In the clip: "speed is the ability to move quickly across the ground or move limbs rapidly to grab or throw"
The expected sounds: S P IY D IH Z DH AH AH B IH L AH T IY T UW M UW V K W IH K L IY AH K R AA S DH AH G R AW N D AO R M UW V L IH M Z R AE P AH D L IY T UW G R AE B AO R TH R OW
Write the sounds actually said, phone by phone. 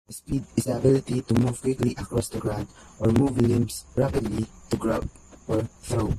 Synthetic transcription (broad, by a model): S P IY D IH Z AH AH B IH L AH T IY T UW M UW V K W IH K L IY AH K R AA S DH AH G R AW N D AO R M UW V L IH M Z R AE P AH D L IY T UW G R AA AO R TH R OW